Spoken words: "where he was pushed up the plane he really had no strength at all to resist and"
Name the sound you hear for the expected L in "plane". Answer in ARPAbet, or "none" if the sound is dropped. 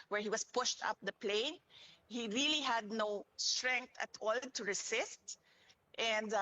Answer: L